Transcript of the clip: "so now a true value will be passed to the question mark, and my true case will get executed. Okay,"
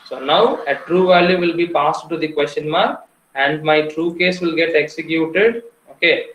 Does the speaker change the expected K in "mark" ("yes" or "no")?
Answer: yes